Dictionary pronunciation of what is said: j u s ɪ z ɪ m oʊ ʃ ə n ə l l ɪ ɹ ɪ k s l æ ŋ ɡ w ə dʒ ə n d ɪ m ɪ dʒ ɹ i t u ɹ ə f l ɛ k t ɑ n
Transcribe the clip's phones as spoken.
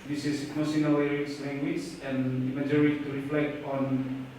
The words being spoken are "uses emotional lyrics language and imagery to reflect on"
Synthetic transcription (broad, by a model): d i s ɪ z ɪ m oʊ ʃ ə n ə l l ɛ ɹ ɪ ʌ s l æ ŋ ɡ w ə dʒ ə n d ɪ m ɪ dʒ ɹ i t u ɹ ə f l ɛ k t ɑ n